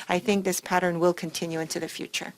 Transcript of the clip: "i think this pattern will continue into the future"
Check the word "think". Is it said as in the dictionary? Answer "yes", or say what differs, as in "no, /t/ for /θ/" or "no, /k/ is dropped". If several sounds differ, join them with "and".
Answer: yes